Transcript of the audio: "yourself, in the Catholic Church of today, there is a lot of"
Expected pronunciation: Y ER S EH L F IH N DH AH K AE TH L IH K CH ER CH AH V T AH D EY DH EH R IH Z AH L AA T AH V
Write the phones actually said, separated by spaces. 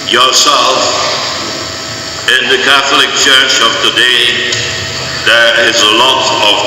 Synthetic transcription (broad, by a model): Y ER S EH L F IH N DH AH K AE TH L IH K CH ER CH AH V T AH D EY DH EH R IH Z AH L AA T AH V